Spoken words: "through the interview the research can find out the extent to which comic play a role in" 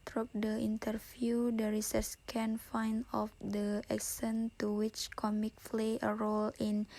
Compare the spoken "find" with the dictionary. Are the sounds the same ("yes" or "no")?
no